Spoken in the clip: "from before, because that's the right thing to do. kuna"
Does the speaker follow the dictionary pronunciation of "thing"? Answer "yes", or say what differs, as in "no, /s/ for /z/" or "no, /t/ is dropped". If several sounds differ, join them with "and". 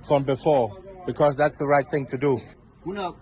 yes